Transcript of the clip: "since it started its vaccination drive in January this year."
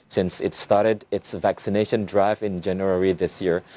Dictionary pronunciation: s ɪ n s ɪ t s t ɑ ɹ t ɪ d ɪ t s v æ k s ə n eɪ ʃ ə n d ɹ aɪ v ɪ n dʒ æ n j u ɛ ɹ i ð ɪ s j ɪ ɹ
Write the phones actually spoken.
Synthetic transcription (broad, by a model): s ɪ n s ɪ t s t ɑ ɹ t ɪ d ɪ t s v æ k s ə n eɪ ʃ ə n d ɹ aɪ v ɪ n dʒ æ n j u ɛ ɹ i ð ɪ s j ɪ ɹ